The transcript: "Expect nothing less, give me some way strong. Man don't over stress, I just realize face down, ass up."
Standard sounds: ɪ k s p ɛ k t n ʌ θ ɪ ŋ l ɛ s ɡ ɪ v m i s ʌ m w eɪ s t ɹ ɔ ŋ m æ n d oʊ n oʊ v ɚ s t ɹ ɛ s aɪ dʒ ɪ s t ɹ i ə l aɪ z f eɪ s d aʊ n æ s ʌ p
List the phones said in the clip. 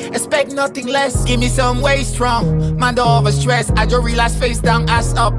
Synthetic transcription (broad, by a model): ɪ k s p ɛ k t n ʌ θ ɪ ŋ l ɛ s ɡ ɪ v m i s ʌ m w eɪ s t ɹ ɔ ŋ m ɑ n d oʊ l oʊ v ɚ s t ɹ ɛ s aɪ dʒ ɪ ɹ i l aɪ s f eɪ s d aʊ n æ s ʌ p